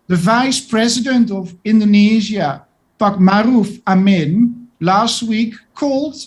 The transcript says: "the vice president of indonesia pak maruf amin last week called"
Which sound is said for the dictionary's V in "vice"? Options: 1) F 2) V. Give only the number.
2